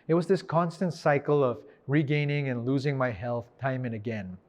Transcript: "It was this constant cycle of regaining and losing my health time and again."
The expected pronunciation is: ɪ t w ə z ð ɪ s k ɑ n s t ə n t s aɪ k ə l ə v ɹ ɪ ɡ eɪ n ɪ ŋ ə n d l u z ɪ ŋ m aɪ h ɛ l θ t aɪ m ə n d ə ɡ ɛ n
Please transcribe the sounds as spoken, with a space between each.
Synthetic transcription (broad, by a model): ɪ t w ə z ð ɪ s k ɑ n s t ə n t s aɪ k l ə v ɹ ɪ ɡ eɪ n ɪ ŋ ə n l u z ɪ ŋ m aɪ h ɛ l θ t aɪ m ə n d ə ɡ ɛ n